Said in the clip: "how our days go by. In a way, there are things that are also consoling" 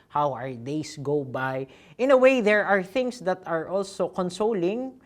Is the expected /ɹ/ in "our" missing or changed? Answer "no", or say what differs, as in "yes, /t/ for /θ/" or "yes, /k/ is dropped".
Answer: no